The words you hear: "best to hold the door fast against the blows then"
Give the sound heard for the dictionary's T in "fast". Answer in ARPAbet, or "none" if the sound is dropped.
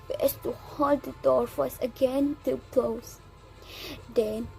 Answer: none